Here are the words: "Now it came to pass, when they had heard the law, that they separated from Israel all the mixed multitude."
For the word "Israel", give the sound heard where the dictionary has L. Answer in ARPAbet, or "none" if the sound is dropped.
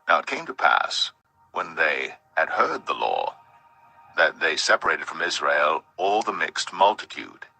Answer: L